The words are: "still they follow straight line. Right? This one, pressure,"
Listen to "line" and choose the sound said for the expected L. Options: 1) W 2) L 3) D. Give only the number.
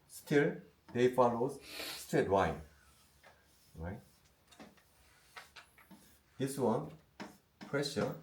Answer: 1